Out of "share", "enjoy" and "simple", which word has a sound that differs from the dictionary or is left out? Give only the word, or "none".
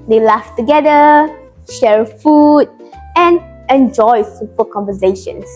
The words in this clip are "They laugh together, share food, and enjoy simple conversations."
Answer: simple